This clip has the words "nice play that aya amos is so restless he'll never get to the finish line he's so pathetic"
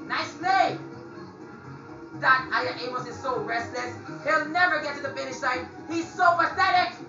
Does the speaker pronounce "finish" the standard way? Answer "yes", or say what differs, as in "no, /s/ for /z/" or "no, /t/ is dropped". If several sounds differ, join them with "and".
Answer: yes